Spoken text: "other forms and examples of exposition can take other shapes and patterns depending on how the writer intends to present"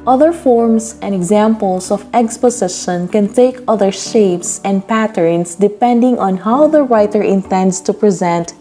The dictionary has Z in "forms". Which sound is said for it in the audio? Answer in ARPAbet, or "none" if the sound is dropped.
S